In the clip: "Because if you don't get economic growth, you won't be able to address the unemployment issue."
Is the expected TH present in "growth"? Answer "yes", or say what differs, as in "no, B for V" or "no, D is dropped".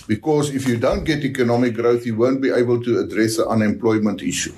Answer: yes